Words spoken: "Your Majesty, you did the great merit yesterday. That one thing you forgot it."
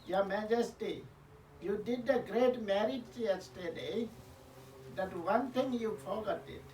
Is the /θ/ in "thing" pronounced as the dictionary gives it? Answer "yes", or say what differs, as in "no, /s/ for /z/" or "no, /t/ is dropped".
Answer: no, /t/ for /θ/